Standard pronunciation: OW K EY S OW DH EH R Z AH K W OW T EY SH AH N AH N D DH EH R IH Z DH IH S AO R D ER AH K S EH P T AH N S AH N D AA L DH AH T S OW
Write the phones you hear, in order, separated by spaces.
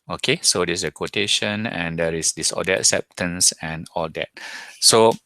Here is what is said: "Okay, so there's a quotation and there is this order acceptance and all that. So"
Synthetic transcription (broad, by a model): OW K EY S OW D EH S AH K W OW T EY SH AH N AH N D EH R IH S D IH S AO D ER AH K S EH P T AH N S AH N AA L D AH T S OW